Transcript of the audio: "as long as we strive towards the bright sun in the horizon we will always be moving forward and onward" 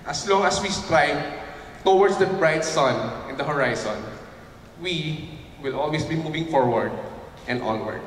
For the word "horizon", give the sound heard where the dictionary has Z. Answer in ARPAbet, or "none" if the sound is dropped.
S